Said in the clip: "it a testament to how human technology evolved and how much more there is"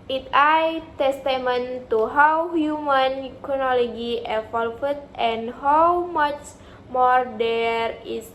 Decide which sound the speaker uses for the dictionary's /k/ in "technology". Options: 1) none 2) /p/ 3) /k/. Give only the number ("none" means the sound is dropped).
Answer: 1